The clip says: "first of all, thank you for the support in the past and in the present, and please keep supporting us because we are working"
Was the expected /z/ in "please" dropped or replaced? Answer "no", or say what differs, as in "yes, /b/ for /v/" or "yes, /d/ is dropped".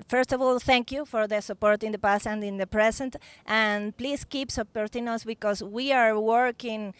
yes, /s/ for /z/